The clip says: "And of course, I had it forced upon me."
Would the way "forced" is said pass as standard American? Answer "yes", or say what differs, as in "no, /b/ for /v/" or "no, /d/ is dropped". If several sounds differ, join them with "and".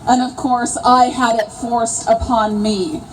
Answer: no, /t/ is dropped